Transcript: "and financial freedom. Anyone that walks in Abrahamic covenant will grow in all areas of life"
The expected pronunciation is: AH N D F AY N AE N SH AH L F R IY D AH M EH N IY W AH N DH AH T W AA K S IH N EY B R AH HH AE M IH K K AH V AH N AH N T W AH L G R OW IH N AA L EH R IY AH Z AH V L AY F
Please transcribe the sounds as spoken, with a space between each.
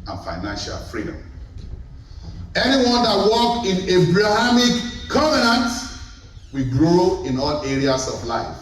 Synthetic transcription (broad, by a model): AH N F AY N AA N SH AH L F R IY D AH M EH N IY W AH N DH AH T W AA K IH N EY B R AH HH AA M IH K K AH V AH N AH N T W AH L G R OW IH N AA L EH R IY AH S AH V L AY F